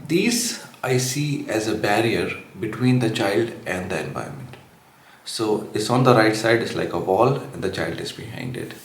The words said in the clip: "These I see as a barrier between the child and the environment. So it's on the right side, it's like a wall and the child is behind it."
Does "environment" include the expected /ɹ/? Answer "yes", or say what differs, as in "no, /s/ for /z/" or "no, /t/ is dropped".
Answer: no, /ɹ/ is dropped